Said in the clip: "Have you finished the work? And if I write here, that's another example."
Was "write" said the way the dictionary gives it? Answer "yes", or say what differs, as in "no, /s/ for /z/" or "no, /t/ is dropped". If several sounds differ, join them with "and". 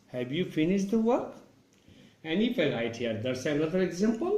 no, /l/ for /ɹ/